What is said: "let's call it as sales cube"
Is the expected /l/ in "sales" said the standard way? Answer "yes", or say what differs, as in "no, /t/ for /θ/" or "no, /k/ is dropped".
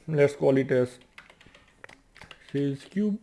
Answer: no, /l/ is dropped